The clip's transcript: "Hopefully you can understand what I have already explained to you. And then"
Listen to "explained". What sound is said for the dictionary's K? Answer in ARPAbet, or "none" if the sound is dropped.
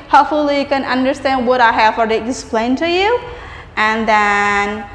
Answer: none